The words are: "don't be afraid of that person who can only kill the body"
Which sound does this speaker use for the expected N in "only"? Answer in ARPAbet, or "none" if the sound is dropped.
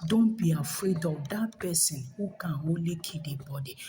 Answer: none